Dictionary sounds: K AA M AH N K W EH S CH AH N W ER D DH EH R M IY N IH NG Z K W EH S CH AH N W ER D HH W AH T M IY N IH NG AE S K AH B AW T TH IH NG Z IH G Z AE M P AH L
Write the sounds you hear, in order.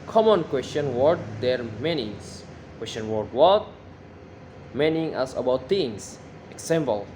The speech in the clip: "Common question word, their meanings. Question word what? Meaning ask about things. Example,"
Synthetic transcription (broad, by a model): K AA M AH N K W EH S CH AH N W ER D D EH R M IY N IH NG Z K W EH S CH AH N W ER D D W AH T M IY N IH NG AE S AH B AW T T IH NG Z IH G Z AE M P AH L